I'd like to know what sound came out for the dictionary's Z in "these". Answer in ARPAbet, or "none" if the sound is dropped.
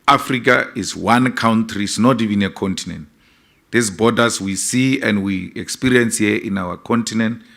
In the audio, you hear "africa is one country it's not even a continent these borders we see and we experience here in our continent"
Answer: S